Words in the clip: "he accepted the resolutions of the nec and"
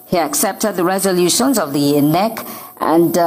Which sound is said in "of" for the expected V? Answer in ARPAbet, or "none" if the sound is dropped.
V